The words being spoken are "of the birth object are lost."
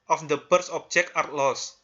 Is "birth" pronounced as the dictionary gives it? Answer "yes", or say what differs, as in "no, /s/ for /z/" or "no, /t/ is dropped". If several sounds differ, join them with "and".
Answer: no, /s/ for /θ/